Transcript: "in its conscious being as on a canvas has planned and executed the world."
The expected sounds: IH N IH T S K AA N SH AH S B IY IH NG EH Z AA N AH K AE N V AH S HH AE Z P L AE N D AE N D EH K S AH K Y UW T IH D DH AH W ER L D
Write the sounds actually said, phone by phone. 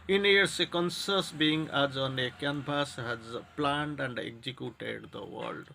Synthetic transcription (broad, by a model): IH N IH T S K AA N S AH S B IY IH NG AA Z AA N AH K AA N B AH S HH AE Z P L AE N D AE N D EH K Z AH K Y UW T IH D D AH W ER L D